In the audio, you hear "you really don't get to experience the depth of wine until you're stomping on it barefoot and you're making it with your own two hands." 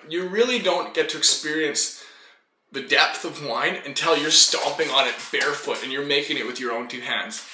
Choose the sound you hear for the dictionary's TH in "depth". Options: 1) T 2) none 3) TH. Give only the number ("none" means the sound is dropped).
3